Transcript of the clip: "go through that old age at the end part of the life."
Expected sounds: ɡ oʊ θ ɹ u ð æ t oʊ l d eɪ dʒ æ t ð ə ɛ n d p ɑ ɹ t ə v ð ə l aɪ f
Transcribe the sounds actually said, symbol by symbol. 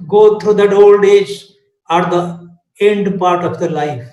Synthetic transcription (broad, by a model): ɡ oʊ t ɹ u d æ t oʊ l d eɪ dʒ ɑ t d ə ɛ n d p ɑ ɹ t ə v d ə l aɪ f